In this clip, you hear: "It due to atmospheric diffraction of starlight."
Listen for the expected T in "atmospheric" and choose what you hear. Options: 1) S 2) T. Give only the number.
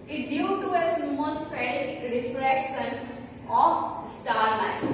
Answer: 1